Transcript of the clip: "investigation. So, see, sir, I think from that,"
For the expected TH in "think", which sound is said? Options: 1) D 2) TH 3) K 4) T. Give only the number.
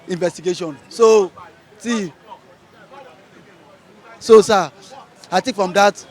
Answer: 4